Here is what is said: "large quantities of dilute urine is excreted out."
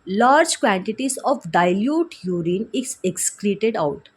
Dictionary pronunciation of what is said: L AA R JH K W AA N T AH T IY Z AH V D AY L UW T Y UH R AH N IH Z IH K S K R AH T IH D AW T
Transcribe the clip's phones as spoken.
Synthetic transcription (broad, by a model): L AA R JH K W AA N T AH T IY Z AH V D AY L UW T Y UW R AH N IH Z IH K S K L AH T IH D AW T